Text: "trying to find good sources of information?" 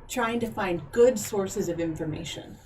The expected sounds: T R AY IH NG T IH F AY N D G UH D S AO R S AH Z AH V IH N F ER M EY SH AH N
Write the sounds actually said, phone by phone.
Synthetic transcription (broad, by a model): T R AY IH NG T IH F AY N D G UH D S AO R S AH Z AH V IH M F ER M EY SH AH N